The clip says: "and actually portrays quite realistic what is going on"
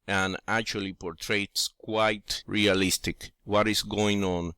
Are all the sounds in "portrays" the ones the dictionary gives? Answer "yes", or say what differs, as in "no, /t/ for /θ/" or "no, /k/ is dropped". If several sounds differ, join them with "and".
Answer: no, /s/ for /z/